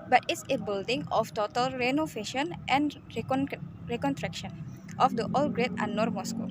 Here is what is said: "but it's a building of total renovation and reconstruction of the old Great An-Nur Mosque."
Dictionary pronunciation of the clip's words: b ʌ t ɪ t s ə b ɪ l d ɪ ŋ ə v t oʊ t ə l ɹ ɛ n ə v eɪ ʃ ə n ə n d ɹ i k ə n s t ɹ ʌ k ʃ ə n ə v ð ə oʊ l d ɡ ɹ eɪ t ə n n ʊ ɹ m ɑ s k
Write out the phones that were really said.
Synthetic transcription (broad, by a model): b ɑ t ɪ t s ə b ɪ l d ɪ ŋ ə f t oʊ t ə l ɹ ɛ n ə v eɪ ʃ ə n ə n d ɹ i k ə n t ɹ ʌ k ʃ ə n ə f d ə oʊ l ɡ ɹ eɪ t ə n n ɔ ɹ m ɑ s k